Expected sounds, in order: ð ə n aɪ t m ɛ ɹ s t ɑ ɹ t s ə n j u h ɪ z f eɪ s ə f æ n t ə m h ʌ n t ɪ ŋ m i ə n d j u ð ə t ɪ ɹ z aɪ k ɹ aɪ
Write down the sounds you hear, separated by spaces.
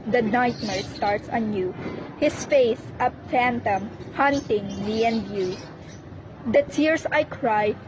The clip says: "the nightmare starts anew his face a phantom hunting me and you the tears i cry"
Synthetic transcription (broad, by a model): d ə n aɪ t m ɛ ɹ s t ɑ ɹ t s ə n j u h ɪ s f eɪ s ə f æ n t ə m h ʌ n t ɪ ŋ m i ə n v j u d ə t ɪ ɹ s aɪ k ɹ aɪ